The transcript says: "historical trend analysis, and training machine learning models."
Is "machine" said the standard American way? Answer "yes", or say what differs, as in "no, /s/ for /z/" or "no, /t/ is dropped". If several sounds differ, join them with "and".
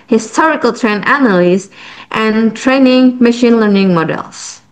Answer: yes